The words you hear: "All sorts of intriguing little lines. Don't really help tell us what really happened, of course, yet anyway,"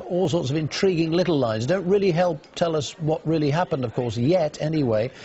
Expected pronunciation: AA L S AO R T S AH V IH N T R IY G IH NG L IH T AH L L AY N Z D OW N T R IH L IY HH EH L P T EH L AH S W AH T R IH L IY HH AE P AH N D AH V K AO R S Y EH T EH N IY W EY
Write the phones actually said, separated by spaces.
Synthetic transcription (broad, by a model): AA L S AO R T S AH V IH N T R IY G IH NG L IH T L L AY N Z D OW N T R IH L IY HH EH L P T EH L AH S W AH T R IH L IY HH AE P AH N D AH V K AO R S Y EH T EH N IY W EY